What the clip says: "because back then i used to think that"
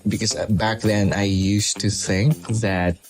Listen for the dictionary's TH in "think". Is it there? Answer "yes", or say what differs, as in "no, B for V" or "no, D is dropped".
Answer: yes